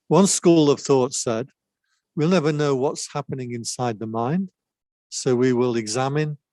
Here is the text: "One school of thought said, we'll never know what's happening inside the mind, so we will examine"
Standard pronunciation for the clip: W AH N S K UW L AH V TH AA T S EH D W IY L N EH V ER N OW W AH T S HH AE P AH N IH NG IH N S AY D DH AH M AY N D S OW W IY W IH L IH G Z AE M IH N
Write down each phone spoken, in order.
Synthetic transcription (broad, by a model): W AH N S K UW L AH V TH AA T S EH D W IY L N EH V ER N OW W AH T S HH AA P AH N IH NG IH N S AY D DH AH M AY N D S OW W IY W IH L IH G Z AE M IH N